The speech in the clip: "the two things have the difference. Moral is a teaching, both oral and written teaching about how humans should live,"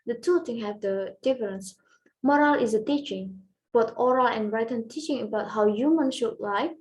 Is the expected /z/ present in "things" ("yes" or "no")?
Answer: no